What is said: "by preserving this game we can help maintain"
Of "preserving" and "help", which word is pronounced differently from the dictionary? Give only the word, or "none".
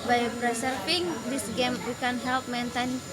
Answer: preserving